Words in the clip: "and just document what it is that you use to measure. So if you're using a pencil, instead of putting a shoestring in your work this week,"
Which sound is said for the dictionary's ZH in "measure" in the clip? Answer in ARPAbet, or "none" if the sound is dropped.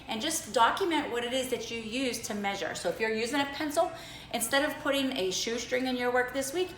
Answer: ZH